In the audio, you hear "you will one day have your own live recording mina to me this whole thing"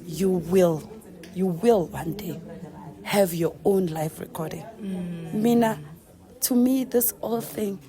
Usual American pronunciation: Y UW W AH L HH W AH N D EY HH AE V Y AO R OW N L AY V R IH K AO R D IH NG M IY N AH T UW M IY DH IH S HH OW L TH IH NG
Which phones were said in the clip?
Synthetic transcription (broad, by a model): Y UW W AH L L W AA N D EY HH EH V Y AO OW N L AY F R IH K AO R D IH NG M IY N AH T UW M IY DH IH S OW L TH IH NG